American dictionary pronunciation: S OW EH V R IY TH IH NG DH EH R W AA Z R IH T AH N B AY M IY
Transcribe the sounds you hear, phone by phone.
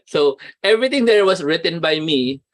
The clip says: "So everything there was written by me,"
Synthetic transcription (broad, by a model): S OW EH V R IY T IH NG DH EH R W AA S R IH T AH N B AY M IY